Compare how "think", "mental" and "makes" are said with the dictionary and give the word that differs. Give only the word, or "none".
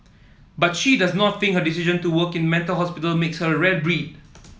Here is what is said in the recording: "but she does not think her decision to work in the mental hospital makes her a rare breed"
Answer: think